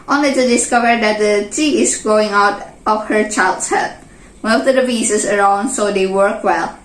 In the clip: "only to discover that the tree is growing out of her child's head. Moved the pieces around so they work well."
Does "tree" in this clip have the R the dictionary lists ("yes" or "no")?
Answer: no